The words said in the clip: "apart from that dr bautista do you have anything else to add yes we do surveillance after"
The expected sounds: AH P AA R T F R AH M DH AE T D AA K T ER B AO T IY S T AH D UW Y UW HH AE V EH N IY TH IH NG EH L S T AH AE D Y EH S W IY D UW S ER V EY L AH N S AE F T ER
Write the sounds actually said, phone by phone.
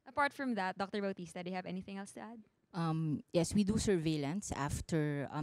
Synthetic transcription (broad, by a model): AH P AA R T F R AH M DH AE T D AA K T ER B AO T IY S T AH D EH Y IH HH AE V EH N IY TH IH NG EH L S T AH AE D Y EH S W IY D UW S ER V EY L AH N S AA F T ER